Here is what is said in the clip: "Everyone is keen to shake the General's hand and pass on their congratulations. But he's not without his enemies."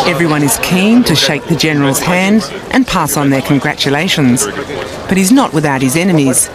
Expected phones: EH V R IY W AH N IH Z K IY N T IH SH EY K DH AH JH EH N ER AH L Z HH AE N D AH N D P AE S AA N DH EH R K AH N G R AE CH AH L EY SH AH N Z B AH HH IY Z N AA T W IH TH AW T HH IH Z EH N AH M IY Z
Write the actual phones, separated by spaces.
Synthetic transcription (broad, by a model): EH V R IY W AH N IH Z K IY N T IH SH EY K DH AH JH EH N ER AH L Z HH AE N D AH N P AE S N DH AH R K AH N G R AE CH AH L EY SH AH N Z B AH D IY Z N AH T W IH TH AW T HH IH Z EH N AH M IY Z